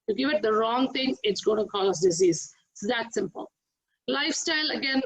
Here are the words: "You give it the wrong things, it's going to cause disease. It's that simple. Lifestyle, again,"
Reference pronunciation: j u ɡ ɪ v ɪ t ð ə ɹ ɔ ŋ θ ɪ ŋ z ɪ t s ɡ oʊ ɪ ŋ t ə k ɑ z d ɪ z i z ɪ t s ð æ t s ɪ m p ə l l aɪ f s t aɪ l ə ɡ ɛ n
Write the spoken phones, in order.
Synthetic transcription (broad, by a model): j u ɡ ɪ v ɪ t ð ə ɹ ɔ ŋ t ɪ ŋ ɪ t s ɡ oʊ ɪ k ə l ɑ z d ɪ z i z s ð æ t s ɪ m p ə l l aɪ f s t aɪ l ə ɡ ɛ n